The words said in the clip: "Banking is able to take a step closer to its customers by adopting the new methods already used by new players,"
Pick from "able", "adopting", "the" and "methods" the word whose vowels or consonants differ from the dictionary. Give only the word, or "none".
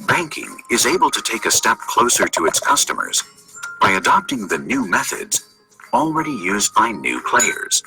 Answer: none